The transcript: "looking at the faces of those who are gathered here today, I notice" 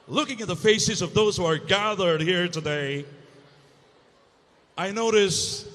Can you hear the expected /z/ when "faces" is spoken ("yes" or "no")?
yes